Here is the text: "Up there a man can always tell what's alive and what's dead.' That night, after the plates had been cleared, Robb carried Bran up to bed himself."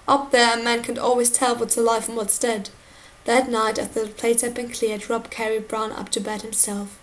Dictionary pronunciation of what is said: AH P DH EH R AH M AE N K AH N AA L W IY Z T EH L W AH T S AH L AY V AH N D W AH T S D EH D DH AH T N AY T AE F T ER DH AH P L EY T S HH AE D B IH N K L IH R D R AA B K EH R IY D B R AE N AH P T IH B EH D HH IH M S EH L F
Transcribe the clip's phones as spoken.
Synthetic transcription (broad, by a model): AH P DH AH R AH M AE N K AH N AA L W IY Z T EH L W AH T AH L AY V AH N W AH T S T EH D DH AH T N AY T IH T DH AH P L EY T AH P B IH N K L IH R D R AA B K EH R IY B R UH N AH P T IH B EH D HH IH M S EH L F